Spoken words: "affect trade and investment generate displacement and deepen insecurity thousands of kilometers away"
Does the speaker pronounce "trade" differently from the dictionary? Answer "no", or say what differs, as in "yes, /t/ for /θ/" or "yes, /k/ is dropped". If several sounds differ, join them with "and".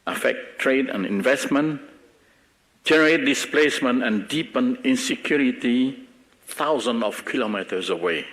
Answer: no